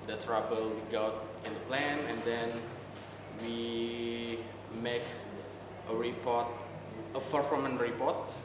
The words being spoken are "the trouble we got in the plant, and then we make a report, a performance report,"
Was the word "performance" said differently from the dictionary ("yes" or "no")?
yes